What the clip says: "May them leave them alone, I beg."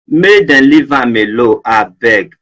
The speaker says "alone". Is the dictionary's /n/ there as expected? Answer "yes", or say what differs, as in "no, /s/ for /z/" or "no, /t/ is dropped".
no, /n/ is dropped